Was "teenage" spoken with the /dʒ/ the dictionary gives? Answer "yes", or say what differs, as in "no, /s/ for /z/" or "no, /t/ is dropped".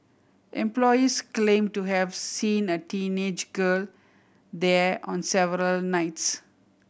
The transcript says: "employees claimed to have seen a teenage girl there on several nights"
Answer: yes